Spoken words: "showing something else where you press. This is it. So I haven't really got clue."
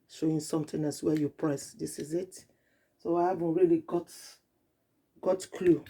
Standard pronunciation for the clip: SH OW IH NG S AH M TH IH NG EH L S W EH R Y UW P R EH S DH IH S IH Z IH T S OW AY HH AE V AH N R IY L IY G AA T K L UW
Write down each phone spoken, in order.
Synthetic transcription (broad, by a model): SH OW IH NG S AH M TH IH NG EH S W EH Y UW P R EH S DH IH S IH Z IH T S OW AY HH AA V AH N R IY L IY G AA T K L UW